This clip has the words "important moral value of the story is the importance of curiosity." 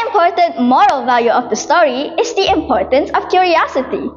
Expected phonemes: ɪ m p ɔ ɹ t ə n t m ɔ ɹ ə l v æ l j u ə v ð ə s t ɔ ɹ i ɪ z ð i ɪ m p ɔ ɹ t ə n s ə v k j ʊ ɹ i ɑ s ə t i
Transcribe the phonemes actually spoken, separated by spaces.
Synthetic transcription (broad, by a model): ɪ m p ɔ ɹ t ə n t m ɔ ɹ ə l v æ l j u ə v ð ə s t ɔ ɹ i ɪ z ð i ɪ m p ɔ ɹ t ə n s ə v k j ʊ ɹ i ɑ s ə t i